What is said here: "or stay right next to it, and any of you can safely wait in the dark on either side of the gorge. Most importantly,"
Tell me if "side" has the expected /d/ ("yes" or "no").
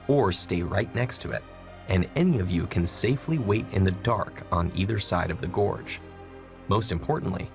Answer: yes